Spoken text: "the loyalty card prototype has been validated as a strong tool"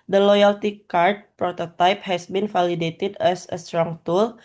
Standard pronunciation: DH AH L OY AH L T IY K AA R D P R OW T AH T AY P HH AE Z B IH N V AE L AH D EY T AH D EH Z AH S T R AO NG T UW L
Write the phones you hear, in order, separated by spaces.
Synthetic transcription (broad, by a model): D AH L OY AH L T IY K AA R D P R OW T AH T AY P HH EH S B IH N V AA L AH D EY T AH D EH S AH S T R AO NG T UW L